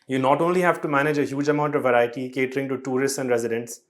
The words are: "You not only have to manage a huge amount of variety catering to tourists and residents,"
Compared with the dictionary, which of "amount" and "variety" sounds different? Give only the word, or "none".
none